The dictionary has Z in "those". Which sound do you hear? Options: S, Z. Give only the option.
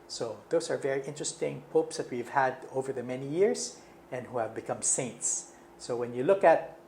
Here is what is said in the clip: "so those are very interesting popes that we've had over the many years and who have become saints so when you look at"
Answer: S